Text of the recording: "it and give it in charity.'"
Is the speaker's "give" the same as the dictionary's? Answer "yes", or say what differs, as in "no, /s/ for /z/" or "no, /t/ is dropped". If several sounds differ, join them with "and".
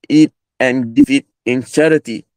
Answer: no, /f/ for /v/